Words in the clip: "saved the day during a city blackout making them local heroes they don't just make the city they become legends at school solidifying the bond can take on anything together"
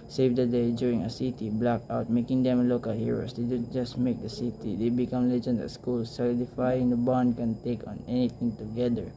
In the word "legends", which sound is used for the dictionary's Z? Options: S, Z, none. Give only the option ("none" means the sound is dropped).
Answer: none